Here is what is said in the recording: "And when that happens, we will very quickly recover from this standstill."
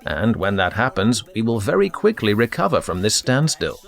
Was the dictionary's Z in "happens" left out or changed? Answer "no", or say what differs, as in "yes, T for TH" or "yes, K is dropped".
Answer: no